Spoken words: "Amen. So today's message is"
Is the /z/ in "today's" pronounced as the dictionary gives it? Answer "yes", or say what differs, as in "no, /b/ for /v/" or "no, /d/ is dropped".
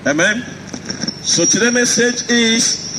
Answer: no, /z/ is dropped